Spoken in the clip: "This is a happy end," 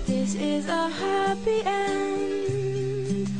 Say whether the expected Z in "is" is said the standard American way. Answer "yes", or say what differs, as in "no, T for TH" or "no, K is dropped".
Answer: yes